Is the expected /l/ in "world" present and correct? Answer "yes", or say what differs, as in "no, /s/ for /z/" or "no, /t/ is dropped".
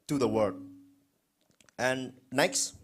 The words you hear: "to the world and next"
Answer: no, /l/ is dropped